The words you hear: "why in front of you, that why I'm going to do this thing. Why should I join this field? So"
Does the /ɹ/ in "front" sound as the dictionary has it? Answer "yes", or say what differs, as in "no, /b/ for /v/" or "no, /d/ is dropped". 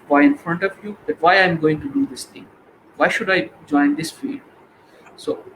yes